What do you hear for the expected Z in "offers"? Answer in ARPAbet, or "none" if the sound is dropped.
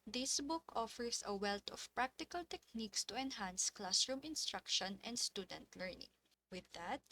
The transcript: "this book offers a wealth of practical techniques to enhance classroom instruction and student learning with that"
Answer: S